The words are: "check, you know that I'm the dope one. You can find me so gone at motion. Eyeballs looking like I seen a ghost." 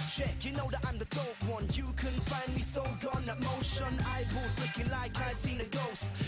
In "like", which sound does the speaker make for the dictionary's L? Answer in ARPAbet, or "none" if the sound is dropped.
L